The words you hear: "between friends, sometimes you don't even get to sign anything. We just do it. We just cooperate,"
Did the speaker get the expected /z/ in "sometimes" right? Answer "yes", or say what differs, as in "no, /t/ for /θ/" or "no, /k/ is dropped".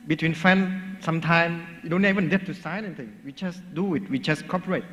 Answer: no, /z/ is dropped